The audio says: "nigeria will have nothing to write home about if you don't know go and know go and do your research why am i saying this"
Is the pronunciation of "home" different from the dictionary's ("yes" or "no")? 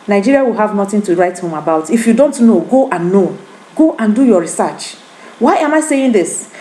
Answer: no